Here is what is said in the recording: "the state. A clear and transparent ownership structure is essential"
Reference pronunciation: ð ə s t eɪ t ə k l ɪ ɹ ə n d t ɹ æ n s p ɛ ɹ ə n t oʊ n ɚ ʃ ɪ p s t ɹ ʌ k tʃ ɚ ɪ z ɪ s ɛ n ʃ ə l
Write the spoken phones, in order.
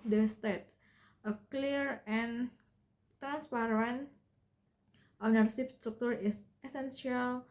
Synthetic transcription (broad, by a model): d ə s t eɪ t ə k l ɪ ɹ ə n t ɹ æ n s p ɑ ɹ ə n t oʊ n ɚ s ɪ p s t ɹ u k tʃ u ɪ s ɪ s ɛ n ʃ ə l